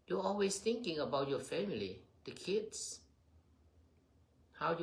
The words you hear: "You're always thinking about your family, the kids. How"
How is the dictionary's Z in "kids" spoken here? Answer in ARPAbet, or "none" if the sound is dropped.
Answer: S